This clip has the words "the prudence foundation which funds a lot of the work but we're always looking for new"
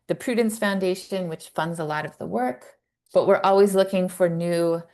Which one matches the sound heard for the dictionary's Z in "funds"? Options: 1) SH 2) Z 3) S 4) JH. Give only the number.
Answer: 2